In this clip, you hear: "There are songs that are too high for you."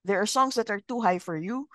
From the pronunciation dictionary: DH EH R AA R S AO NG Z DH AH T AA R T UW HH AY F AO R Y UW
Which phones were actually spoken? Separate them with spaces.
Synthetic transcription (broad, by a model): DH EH R AA R S AO NG S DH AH T AA R T UW HH AY F AO R Y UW